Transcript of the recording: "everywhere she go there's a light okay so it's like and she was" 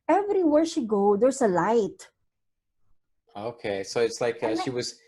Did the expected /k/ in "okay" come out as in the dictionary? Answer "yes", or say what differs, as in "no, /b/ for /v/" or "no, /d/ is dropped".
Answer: yes